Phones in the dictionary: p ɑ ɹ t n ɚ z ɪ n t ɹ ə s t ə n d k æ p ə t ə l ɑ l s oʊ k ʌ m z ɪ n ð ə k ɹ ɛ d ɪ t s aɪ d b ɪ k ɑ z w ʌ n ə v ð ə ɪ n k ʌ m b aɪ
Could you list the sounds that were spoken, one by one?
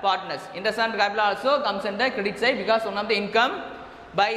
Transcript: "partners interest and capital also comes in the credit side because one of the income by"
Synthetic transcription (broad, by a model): p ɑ ɹ t n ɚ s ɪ n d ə s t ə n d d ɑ ə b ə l ɑ l s oʊ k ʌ m s ɪ n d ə k ɹ ɛ d ɪ t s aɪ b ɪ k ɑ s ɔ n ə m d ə ɪ n k ʌ m b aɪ